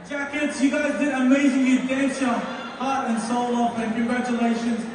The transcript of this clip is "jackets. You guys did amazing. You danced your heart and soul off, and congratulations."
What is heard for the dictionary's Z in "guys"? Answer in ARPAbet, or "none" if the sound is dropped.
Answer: Z